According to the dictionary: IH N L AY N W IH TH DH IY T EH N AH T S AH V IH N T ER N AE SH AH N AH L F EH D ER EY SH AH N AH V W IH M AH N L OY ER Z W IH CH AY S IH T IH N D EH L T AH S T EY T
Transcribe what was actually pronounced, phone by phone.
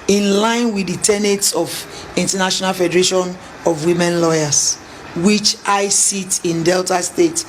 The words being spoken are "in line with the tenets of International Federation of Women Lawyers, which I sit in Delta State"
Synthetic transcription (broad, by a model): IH N L AY N W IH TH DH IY T EH N AH T S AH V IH N T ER N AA SH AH N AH L F EH D ER EY SH AH N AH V W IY M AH N L OY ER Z W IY CH AY S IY T IH N D EH L T AH S T EY T